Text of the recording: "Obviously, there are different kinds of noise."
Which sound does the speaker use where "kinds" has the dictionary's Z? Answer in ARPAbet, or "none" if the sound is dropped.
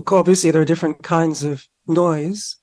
Z